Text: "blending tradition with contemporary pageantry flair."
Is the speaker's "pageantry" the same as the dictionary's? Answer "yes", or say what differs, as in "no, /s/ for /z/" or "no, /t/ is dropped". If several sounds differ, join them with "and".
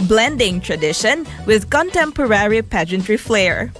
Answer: yes